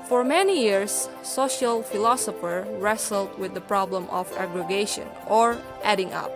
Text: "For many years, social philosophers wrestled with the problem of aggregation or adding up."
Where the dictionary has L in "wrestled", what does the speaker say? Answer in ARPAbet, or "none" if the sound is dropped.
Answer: L